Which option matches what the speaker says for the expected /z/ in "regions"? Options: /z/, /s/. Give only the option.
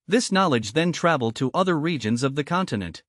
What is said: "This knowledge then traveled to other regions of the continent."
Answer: /z/